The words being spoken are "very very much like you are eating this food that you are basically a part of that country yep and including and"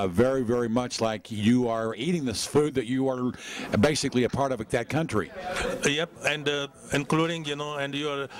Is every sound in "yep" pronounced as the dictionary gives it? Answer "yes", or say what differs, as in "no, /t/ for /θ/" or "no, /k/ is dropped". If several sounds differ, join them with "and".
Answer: yes